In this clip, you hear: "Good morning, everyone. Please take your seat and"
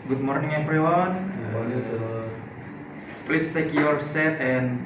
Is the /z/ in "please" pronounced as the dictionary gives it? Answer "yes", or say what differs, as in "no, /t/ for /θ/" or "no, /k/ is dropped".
no, /s/ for /z/